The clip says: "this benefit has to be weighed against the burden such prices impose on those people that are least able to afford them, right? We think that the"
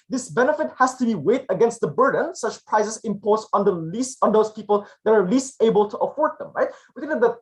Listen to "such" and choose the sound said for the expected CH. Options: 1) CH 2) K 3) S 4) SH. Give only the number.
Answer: 1